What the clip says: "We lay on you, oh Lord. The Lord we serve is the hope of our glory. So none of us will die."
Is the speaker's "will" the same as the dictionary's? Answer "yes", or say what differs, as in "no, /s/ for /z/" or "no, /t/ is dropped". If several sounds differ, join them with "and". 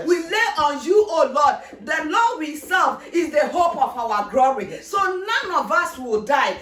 yes